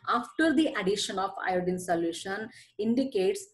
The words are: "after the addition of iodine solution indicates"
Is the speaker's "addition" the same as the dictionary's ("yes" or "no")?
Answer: yes